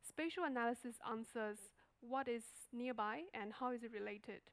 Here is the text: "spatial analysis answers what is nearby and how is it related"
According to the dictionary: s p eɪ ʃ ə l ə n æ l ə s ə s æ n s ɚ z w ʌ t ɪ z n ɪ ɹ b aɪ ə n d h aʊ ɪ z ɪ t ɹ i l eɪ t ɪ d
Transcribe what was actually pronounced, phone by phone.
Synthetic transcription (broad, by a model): s p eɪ ʃ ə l ə n æ l ə s ə s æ n s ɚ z w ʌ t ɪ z n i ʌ b aɪ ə n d h aʊ ɪ z ɪ t ɹ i l eɪ t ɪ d